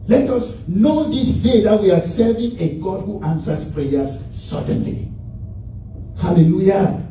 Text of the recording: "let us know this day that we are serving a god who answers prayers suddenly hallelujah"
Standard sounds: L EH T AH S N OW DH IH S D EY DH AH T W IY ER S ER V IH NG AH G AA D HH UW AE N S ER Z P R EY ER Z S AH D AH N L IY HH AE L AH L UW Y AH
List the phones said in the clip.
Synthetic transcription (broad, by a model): L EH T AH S N OW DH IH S D EY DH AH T W IY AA S ER V IH NG AH G AA D HH UW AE N S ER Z P R EY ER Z S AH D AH N L IY HH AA L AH L UW Y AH